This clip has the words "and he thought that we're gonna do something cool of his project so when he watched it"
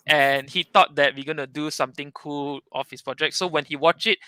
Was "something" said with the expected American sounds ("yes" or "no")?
no